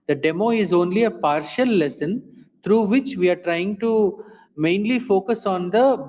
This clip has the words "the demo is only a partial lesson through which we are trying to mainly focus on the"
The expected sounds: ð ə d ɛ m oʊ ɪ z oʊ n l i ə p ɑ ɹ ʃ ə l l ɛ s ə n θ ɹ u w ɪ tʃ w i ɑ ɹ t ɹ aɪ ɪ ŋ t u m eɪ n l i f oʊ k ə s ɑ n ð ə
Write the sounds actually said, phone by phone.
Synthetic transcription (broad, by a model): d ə d ɛ m oʊ ɪ z oʊ n l i ə p ɑ ɹ ʃ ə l l ɛ s ə n t ɹ u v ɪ tʃ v i ɑ ɹ t ɹ aɪ ɪ ŋ t u m eɪ n l i f oʊ k ə s ɑ n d ə